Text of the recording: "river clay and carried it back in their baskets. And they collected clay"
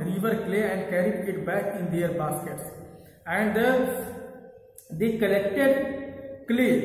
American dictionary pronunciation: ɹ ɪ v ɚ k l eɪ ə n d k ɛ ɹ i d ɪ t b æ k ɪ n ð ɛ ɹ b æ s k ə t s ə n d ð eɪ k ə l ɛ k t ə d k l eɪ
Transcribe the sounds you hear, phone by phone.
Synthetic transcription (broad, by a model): ɹ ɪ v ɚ k l eɪ ə n d k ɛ ɹ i ɪ t b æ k ɪ n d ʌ ɹ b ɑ s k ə t s ə n d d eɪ k ə l ɛ k t ə d k l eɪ